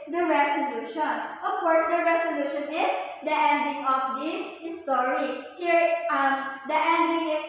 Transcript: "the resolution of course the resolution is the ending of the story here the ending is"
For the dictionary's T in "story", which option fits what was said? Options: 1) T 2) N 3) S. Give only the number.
3